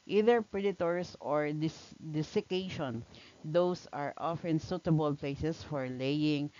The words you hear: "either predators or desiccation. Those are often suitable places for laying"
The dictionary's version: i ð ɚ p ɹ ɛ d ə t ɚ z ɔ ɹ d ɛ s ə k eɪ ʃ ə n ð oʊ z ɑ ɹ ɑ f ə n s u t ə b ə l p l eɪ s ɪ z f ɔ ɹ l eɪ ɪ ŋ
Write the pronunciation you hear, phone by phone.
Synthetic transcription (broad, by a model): i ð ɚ p ɹ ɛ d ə t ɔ s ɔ ɹ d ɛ s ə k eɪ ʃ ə n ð oʊ s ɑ ɹ ɑ f ə n s u t ə b ə l p l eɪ s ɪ s f ɔ ɹ l eɪ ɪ ŋ